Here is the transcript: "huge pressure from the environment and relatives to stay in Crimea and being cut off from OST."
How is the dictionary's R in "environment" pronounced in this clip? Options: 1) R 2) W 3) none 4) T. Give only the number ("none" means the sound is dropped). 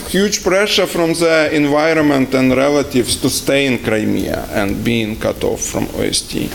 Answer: 1